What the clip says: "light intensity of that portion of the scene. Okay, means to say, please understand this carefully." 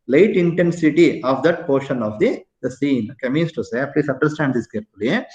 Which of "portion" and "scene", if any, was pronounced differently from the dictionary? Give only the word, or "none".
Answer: none